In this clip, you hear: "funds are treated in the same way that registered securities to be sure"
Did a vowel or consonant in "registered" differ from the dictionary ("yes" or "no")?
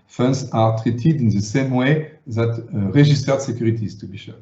yes